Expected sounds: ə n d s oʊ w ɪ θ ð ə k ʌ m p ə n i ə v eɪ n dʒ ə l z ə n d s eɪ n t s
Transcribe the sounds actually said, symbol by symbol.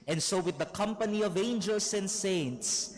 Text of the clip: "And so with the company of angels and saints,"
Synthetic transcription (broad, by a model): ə n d s oʊ w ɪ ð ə k ʌ m p ə n i ə v eɪ n dʒ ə l s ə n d s eɪ n t s